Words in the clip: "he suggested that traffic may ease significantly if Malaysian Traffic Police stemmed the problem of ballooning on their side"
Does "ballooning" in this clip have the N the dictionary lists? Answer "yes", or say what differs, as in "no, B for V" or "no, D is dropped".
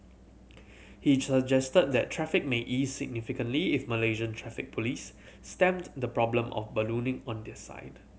yes